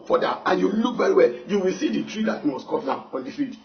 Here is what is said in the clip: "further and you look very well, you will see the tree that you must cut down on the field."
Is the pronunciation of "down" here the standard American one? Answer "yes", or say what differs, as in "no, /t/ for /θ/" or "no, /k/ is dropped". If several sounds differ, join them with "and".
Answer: no, /n/ is dropped